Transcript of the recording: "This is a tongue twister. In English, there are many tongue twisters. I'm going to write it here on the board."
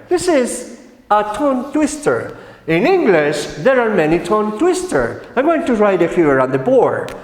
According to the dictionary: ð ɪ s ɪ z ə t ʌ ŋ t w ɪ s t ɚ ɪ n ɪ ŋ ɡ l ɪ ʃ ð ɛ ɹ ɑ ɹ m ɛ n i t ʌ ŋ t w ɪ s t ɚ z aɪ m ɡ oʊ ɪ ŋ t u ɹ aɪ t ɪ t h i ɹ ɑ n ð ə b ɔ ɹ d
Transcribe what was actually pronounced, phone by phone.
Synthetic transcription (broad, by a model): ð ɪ s ɪ z ə t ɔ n t w ɪ s t ɚ ɪ n ɪ ŋ ɡ l ɪ ʃ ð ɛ ɹ ɑ ɹ m ɛ n i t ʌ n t w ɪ s t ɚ aɪ ɡ oʊ ɪ ŋ t u ɹ aɪ t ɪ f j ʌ ɹ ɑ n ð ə b ɔ ɹ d